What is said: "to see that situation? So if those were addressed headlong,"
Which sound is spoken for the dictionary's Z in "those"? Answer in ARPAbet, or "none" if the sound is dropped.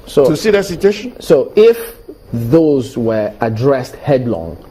Z